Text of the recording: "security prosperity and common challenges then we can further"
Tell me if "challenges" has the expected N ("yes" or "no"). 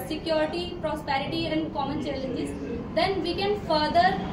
no